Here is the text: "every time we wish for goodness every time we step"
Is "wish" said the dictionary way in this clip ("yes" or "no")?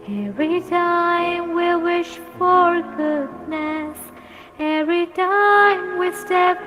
yes